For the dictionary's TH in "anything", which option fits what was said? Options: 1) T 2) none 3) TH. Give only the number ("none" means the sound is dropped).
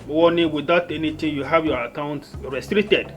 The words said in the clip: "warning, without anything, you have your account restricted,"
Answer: 1